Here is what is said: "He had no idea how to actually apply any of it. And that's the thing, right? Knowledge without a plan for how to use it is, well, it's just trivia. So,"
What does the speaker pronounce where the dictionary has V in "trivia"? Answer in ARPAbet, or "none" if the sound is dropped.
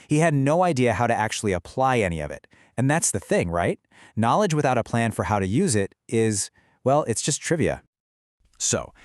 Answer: V